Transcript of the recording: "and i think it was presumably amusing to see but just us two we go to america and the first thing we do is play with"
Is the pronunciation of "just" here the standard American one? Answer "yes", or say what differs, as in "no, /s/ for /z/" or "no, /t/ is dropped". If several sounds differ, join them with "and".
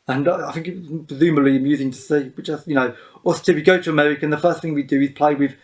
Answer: no, /tʃ/ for /dʒ/